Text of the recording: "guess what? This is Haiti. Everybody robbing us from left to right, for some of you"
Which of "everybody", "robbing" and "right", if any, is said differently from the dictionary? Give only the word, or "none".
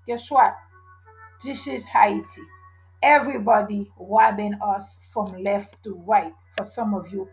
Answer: robbing